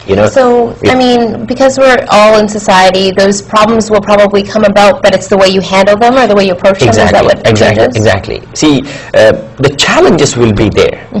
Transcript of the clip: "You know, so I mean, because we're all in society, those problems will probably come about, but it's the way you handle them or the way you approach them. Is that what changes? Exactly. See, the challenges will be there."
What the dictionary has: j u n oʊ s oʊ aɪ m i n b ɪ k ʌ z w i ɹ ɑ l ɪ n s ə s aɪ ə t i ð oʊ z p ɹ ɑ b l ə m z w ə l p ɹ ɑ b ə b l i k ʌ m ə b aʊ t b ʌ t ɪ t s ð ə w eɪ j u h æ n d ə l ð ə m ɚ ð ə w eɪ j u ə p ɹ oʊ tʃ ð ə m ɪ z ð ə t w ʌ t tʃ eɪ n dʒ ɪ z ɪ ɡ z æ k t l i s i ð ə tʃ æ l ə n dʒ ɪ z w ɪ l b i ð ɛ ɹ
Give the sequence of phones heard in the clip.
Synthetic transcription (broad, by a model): j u n oʊ s oʊ aɪ m i n b ɪ k ʌ z w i ɹ ɑ l ɪ n s ə s aɪ ə t i ð oʊ z p ɹ ɑ b l ə m z w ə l p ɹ ɑ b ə b l i k ʌ m ə b aʊ t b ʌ t ɪ t s ð ə w eɪ j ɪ h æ n d l ð ə m ɚ ð ə w eɪ j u ə p ɹ oʊ tʃ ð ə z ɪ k ð ə t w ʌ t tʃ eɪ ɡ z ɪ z ɪ ɡ z æ k t l i s i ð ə tʃ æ l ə n dʒ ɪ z w ɪ l b i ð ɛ ɹ